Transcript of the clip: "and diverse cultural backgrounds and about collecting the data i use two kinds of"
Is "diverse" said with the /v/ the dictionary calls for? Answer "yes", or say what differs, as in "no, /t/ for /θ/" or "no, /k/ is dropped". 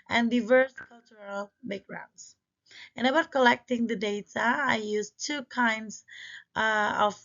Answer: yes